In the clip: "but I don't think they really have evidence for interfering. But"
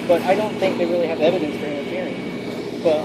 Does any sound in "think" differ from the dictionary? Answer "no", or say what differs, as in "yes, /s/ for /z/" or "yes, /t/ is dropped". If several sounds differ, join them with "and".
no